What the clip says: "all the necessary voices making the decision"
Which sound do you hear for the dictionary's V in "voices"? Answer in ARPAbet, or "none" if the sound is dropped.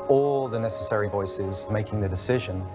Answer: V